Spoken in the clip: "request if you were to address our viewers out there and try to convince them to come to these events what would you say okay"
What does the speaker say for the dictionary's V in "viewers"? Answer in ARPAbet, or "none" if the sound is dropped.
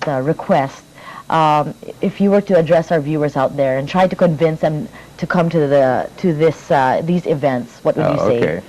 V